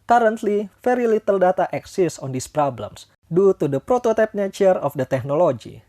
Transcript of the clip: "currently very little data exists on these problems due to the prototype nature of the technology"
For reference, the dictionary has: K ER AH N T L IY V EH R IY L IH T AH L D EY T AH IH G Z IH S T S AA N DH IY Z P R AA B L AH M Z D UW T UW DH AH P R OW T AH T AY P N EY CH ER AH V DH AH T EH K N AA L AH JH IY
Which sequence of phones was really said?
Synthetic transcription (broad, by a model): K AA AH N T L IY F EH R IY L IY T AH L D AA T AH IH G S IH S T AA N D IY S P R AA B L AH M S D UW T UW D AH P R OW T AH T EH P N EY CH ER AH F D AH T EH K N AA L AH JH IY